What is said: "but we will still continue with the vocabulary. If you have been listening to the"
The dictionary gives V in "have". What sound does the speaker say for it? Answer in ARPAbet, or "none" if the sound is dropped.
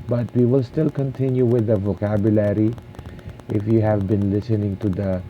V